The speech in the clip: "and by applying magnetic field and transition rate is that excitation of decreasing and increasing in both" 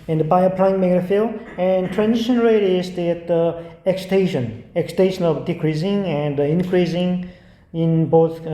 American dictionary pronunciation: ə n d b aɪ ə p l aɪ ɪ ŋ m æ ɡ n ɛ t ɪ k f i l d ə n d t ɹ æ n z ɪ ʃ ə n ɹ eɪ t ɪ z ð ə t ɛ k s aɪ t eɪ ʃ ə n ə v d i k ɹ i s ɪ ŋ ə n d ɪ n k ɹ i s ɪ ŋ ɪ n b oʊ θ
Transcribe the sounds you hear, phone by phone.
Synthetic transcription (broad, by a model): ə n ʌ b aɪ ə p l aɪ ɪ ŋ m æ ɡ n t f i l ə n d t ɹ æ n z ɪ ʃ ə n ɹ eɪ t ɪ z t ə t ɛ k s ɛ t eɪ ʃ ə n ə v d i k ɹ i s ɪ ŋ ə n d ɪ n k ɹ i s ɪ ŋ ɪ n b oʊ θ